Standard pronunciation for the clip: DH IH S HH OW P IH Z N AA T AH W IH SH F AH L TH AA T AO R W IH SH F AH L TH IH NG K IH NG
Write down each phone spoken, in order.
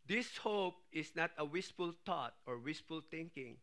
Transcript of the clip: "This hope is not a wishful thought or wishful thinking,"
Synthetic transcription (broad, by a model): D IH S HH OW P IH S N AA T AH W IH S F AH L T AA T AO R W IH S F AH L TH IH NG K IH NG